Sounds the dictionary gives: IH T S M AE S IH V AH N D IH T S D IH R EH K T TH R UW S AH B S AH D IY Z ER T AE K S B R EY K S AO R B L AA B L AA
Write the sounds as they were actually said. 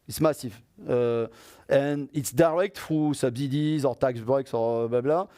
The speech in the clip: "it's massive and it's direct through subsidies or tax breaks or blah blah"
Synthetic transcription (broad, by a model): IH T S M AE S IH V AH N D IH T S D IH R EH K T F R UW S AH B S AH D IY Z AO T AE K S B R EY K S AO R B L AA B L AA